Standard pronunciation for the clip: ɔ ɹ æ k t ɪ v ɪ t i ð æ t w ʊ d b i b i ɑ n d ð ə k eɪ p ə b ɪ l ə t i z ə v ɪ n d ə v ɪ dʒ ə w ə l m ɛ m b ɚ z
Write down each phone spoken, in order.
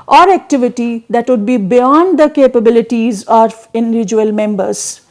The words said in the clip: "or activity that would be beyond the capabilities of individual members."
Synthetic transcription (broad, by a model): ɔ ɹ æ k t ɪ v ɪ t i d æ t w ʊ d b i b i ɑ n d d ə k eɪ p ə b ɪ l ə t i z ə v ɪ n d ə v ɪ dʒ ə ə l m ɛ m b ɚ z